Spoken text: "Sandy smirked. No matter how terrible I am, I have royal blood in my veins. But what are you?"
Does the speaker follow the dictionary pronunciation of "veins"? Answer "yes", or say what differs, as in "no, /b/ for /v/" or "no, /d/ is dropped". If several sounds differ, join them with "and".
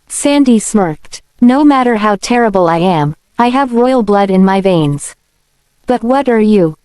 yes